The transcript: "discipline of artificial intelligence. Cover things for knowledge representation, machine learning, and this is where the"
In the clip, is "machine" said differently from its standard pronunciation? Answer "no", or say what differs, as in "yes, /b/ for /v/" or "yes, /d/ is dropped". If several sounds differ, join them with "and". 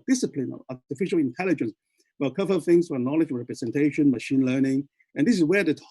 no